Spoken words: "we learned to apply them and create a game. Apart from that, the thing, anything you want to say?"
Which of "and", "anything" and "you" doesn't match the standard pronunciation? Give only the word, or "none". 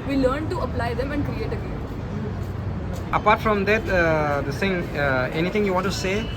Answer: anything